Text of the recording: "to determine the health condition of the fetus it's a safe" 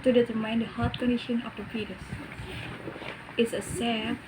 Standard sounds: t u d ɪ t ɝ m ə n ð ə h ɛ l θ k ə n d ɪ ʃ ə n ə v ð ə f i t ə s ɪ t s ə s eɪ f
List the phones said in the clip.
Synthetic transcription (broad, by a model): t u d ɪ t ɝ m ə n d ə h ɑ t k ə n d ɪ ʃ ə n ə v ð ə p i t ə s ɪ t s ə s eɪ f